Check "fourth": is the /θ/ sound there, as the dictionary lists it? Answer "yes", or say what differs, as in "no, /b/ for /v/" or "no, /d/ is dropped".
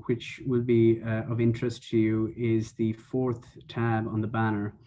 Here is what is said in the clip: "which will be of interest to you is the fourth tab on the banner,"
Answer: yes